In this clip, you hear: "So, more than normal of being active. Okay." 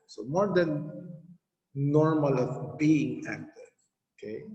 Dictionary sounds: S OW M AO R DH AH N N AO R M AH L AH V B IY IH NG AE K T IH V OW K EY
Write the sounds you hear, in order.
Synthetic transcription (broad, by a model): S OW M AO R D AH N N AO R M AH L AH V B IY IH NG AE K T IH OW K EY